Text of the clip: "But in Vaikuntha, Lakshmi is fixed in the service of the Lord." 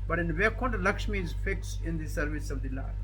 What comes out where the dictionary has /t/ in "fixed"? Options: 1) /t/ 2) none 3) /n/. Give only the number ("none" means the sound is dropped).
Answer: 2